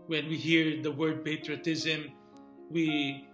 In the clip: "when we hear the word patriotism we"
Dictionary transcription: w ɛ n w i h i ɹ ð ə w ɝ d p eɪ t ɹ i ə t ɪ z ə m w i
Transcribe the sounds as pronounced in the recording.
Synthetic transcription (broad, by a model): w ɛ n w i h i ɹ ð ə w ɝ d p eɪ t ɹ i ə t ɪ z ə m w i